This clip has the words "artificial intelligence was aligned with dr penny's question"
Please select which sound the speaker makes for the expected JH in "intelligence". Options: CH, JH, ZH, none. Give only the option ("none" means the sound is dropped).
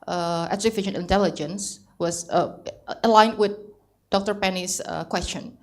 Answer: JH